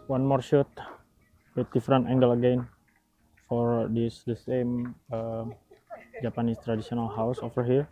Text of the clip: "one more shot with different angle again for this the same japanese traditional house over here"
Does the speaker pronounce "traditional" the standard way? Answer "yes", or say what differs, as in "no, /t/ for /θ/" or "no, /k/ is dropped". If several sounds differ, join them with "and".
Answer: no, /s/ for /ʃ/